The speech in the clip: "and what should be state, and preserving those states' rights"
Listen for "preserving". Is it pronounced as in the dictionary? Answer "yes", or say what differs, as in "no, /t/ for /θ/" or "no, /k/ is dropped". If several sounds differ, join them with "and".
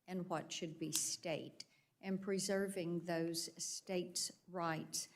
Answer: yes